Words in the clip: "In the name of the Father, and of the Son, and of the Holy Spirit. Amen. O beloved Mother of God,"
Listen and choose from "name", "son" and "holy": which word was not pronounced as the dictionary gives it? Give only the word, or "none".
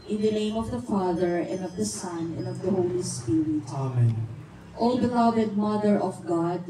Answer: none